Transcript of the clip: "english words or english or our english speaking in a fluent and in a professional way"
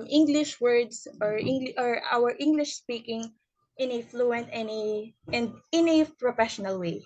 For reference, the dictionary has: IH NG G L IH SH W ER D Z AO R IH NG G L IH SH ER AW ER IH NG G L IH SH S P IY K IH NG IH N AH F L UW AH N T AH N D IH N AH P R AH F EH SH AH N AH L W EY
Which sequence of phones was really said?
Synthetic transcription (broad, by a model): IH NG G L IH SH W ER D S AO R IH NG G L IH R AW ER IH NG G L IH SH S P IY K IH NG IH N AH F L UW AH N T AH N D IH N AH P R AH F EH SH AH N AH L W EY